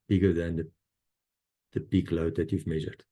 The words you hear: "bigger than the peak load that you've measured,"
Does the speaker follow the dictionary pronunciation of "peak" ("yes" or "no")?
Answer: no